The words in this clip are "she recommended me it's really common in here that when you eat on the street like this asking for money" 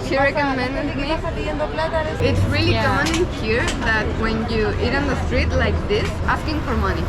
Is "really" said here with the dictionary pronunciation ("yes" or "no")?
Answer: yes